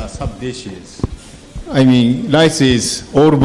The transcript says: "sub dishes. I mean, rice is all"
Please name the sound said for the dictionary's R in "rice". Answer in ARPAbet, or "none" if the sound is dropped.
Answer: L